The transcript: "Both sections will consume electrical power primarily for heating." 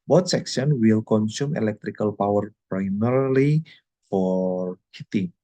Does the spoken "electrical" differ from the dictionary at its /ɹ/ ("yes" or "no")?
no